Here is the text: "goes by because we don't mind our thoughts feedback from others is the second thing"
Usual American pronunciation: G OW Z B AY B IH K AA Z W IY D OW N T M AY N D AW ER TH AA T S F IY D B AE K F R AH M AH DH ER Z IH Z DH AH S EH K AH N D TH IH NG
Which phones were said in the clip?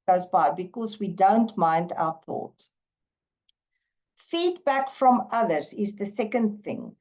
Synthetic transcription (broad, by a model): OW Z B AY B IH K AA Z W IY D OW N T M AY N D AW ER TH AA T S F IY D B AE K F R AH M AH DH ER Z IH Z DH AH S EH K AH N D TH IH NG